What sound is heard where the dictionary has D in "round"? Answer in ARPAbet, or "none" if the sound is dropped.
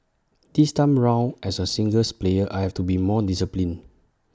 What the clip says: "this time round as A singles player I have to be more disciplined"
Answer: none